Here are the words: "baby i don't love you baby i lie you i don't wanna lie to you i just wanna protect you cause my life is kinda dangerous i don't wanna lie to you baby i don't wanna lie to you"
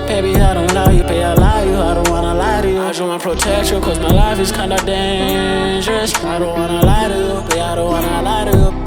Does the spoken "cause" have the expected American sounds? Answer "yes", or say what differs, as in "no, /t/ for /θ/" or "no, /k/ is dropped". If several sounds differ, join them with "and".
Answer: yes